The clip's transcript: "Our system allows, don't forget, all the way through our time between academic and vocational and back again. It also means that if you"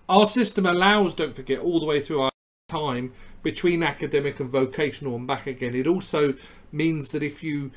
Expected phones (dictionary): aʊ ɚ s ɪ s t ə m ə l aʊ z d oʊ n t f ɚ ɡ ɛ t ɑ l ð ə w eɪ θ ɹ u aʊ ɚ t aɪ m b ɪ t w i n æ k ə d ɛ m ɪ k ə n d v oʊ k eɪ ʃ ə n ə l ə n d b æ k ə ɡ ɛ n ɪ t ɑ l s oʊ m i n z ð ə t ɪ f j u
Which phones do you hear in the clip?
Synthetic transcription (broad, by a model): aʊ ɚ s ɪ s t ə m ə l aʊ z d oʊ n t f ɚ ɡ ɛ t ɑ l ð ə w eɪ θ ɹ u aʊ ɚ t aɪ m b ɪ t w i n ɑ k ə d ɛ m ɪ k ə n v oʊ k eɪ ʃ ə n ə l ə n b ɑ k ə ɡ ɛ n ɪ t ɑ l s oʊ m i n z ð ə t ɪ f j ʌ